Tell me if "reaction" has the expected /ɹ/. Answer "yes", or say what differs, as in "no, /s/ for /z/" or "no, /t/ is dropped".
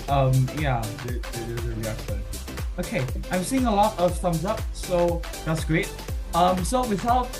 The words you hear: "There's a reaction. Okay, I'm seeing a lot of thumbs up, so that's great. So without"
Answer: no, /l/ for /ɹ/